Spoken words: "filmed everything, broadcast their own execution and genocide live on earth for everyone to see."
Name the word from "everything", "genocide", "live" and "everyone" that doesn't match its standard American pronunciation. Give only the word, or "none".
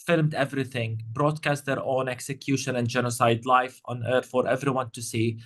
live